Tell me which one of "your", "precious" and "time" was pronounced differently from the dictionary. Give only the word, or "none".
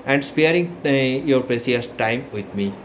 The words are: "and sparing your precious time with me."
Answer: precious